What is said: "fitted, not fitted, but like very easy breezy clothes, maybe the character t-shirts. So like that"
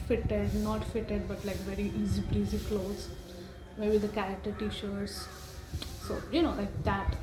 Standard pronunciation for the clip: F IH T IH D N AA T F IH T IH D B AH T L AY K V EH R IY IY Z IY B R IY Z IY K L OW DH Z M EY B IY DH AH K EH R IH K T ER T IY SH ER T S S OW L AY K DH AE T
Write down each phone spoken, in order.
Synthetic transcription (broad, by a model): F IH T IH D N AA T F IH T IH D B AH T L AY K V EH R IY IY Z IY B R IY Z IY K L OW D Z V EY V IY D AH K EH R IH K T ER T IY SH ER T S S OW L AY K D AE T